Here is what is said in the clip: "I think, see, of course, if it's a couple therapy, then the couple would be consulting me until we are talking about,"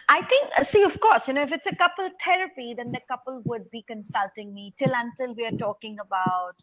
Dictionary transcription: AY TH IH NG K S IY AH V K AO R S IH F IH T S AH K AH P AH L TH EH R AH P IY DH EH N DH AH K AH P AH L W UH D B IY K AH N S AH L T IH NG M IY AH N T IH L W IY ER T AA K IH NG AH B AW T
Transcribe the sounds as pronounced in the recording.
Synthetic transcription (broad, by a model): AY T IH NG K S IY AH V K AO R S IH F IH T S AH K AH P AH L T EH R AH P IY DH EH N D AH K AH P AH L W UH D B IY K AH N S AH L T IH NG M IY AH N T IH L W IY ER T AA K IH NG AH B AW T